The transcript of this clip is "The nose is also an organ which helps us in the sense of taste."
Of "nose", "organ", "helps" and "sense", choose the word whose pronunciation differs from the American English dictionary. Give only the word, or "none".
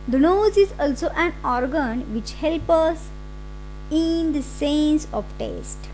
helps